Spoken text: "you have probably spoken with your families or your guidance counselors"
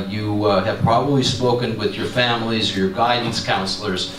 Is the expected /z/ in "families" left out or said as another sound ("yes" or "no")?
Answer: no